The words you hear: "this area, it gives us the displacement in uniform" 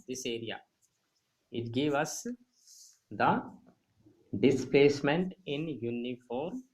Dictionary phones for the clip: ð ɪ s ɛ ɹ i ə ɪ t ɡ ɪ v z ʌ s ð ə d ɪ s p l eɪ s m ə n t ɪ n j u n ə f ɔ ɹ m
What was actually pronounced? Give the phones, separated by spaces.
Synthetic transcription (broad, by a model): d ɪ s ɛ ɹ i ə ɪ t ɡ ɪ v ʌ s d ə d ɪ s p l eɪ s m ə n t ɪ n j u n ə f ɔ ɹ m